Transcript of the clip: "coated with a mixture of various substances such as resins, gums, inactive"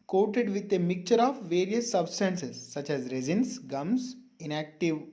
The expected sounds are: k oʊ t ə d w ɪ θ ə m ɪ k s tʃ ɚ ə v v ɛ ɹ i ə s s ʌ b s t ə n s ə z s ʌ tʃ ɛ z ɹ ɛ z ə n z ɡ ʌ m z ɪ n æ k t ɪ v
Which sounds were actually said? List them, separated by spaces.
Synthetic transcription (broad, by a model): k oʊ t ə d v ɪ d ə m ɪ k tʃ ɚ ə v v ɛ ɹ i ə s s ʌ b s t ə n s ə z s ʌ tʃ ɛ z ɹ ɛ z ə n s ɡ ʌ m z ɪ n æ k t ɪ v